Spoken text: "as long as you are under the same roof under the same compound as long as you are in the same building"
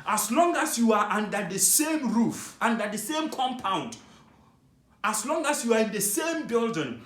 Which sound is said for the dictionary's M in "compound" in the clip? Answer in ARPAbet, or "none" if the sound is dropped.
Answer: M